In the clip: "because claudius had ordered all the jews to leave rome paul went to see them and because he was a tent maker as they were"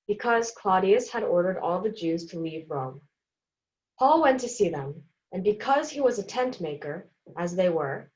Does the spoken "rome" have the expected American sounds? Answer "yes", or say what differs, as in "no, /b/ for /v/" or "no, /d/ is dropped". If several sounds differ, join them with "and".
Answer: yes